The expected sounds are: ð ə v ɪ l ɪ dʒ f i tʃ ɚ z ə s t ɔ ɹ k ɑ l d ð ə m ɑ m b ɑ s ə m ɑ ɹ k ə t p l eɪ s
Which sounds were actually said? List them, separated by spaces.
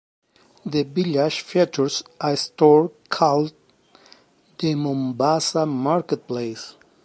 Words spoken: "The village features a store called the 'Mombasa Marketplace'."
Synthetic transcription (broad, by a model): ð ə b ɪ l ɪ ʃ f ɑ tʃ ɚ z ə s t ɔ ɹ k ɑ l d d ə m ɑ m b ɑ s ə m ɑ ɹ k ə t p l eɪ s